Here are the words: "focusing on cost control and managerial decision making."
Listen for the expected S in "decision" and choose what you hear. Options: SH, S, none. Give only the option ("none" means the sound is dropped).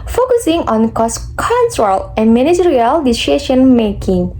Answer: SH